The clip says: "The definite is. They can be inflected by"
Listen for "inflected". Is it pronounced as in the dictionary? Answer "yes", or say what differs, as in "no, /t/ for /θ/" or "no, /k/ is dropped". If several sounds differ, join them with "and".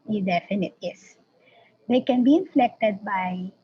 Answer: yes